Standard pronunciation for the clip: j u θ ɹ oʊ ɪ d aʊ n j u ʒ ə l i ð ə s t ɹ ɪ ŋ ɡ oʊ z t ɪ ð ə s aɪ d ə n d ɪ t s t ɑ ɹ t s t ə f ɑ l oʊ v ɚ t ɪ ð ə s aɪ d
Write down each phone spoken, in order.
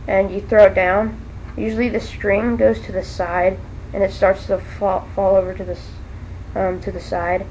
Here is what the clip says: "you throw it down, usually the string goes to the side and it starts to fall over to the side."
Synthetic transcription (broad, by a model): j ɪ θ ɹ oʊ ɪ d aʊ n j u ʒ l i ð ə s t ɹ ɪ ŋ ɡ oʊ z t ɪ ð ə s aɪ d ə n ɪ t s t ɑ ɹ t s t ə f ɑ l oʊ v ɚ t ɪ ð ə s aɪ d